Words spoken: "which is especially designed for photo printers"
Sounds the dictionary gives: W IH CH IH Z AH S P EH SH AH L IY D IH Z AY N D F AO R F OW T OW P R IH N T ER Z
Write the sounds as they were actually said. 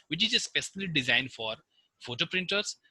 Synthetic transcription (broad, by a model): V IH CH IH Z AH S P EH S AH N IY D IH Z AY N F AO R F OW T OW P R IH N T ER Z